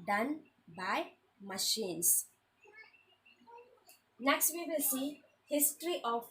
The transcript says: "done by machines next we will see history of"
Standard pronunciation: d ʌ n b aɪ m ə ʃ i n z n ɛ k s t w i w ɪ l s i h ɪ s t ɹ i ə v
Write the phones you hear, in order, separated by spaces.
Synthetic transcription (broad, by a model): d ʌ n b aɪ m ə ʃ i n s n ɛ k s t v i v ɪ l s i h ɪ s t ɹ i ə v